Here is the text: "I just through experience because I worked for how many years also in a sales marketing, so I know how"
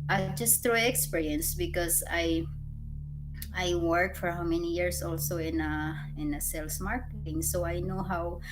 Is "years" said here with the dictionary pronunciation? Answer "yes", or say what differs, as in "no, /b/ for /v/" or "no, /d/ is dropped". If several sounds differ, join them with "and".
no, /s/ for /z/